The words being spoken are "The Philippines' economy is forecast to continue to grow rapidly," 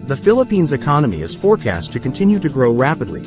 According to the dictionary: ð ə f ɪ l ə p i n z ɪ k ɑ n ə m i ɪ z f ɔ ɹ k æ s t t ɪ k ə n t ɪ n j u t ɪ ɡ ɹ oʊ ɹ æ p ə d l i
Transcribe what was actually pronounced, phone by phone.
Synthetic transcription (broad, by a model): ð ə f ɪ l ə p i n z ɪ k ɑ n ə m i ɪ z f ɔ ɹ k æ s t t ɪ k ə n t ɪ n j u t ɪ ɡ ɹ oʊ ɹ æ p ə d l i